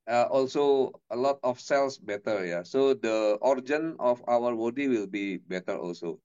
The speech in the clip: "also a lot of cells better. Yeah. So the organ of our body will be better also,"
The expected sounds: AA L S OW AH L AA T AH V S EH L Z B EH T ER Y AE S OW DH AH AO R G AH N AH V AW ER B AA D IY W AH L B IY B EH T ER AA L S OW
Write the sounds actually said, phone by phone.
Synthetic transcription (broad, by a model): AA L S OW AH L AA T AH F S EH L S B EH T ER Y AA S OW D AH AO R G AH N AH F AW ER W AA D IY W AH L B IY B EH T ER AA L S OW